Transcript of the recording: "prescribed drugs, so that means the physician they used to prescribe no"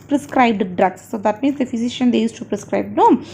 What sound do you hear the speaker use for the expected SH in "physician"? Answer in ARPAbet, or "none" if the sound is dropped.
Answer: SH